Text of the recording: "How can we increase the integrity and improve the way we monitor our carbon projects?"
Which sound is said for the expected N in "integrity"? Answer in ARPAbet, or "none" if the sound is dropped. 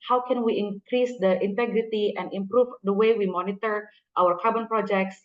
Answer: N